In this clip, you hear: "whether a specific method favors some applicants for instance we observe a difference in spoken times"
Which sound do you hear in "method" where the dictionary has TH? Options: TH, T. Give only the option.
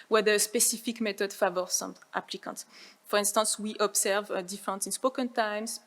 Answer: T